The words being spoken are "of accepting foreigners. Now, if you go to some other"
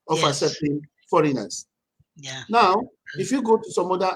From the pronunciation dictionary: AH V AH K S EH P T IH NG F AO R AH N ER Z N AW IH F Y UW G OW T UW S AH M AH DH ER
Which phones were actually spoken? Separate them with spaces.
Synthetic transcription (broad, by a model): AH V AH S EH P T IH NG F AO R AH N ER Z N AW IH F Y UW G OW T UW S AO M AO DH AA